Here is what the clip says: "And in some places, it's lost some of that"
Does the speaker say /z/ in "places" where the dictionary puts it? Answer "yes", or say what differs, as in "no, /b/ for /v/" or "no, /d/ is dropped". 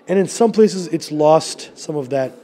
yes